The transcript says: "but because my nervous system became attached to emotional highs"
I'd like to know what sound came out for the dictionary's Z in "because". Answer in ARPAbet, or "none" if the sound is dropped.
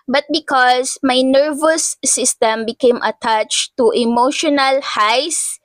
S